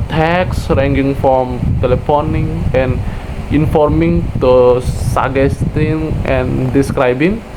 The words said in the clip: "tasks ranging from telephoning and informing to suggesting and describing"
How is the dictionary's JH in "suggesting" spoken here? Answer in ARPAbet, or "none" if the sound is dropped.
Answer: none